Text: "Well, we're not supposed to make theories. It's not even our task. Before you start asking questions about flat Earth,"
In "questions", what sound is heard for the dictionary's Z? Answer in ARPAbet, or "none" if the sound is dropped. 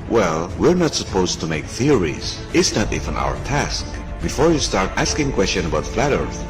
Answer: none